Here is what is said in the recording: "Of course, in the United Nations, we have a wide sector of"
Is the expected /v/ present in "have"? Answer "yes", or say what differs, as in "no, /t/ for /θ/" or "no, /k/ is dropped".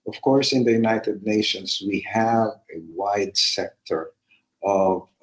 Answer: yes